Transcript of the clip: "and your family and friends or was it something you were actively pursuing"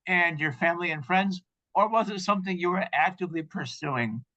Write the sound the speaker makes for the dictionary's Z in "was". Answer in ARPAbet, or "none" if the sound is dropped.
Z